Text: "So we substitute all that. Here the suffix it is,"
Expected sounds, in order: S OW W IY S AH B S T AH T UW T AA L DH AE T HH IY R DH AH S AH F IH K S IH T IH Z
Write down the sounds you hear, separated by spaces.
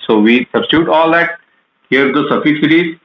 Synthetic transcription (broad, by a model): S OW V IY S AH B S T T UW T AA L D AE T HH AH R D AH S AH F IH S IH T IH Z